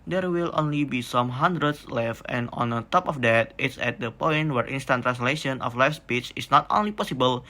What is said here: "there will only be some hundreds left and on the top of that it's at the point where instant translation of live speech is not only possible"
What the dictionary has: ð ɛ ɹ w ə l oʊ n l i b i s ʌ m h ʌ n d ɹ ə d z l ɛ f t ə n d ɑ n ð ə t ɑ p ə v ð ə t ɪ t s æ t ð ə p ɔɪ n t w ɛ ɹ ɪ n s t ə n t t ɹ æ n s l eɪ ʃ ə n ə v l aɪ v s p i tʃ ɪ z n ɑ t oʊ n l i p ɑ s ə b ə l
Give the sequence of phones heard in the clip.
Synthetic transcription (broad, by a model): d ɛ ɹ w ə l oʊ n l i b i s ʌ m h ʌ n d ɹ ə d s l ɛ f ə n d ɑ n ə t ɑ p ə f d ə t ɪ t s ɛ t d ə p ɔɪ n t w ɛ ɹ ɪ n s t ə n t t ɹ æ n s l eɪ ʃ ə n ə f l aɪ f s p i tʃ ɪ s n ɑ t oʊ n l i p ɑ s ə b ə l